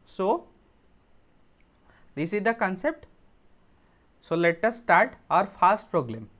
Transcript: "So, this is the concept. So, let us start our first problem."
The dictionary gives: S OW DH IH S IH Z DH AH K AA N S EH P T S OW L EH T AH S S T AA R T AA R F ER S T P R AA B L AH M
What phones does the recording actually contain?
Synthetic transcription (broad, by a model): S OW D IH S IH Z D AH K AA N S EH P T S OW L EH T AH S S T AA R T AA R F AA S T P R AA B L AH M